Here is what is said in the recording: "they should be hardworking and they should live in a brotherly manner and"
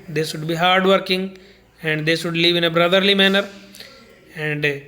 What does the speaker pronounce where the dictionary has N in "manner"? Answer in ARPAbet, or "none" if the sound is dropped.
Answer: N